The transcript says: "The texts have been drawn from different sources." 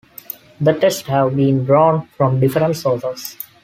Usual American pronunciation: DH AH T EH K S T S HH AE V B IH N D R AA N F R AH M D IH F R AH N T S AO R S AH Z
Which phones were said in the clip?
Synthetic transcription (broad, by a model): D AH T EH S T HH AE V B IH N D R AA N F R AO M D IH F R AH N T S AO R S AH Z